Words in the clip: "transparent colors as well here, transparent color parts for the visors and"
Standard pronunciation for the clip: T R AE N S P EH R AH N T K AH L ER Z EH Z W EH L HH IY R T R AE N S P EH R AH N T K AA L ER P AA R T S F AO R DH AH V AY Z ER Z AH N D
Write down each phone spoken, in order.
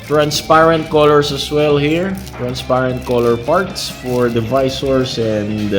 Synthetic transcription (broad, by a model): T R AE N S P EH R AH N T K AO L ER S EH S W EH L HH IY R T R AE N S P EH R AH N T K AA L ER P AA R T S F AO R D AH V AY S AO S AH N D